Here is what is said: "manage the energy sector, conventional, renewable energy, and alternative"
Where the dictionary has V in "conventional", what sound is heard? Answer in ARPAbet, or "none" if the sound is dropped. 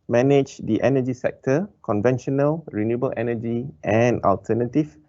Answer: V